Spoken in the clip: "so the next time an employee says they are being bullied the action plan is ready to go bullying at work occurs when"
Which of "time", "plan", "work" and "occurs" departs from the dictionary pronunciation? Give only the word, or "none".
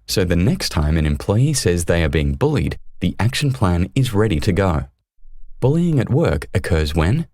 none